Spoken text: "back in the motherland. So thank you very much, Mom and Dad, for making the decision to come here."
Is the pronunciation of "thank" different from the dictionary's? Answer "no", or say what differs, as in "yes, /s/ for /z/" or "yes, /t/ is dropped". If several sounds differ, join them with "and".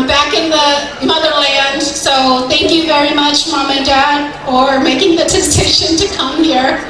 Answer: no